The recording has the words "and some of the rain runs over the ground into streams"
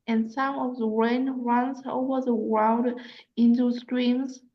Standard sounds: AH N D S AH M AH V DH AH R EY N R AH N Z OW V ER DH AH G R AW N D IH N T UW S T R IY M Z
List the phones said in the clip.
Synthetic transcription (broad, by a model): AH N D S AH M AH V DH AH R EY N R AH N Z OW V ER DH AH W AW L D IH N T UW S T R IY M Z